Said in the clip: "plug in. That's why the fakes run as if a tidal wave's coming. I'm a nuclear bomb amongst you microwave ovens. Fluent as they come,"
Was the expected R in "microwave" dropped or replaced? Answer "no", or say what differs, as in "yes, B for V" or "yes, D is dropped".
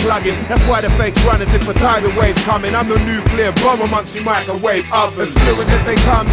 yes, R is dropped